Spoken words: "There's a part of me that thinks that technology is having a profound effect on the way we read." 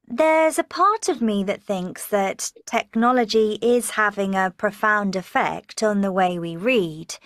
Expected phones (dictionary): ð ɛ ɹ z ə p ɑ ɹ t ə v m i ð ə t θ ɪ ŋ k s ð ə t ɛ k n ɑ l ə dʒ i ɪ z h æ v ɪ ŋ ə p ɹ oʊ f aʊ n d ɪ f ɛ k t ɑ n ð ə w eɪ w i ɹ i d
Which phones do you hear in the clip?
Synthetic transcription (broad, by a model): ð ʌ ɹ z ə p ɑ t ə v m i ð ə t θ ɪ ŋ k s ð ə t ɛ k n ɑ l ə dʒ i ɪ z h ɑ v ɪ ŋ ə p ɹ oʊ f aʊ n d ɪ f ɛ k t n ð ə w eɪ w i ɹ i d